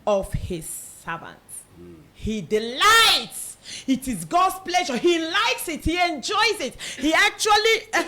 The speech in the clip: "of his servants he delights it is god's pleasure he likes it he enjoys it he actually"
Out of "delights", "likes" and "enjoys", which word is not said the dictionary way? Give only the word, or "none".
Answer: none